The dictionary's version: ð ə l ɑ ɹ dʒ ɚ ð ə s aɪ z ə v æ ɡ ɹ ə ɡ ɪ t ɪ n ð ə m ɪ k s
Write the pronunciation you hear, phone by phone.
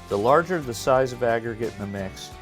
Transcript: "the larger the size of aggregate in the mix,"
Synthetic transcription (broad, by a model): ð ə l ɑ ɹ dʒ ɚ ð ə s aɪ z ə v æ ɡ ɹ ə ɡ ɪ t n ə m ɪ k s